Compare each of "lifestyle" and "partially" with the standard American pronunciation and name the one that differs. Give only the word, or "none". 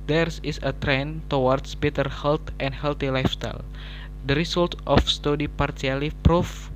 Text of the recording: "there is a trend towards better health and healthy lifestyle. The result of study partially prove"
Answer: partially